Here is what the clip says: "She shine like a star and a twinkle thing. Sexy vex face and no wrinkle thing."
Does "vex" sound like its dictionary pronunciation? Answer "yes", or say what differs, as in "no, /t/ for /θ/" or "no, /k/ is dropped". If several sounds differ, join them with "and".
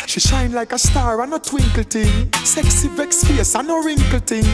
yes